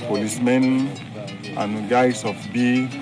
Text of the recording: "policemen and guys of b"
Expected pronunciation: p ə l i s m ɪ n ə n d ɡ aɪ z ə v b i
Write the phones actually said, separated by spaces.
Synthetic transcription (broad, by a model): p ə l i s m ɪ n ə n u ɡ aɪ s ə f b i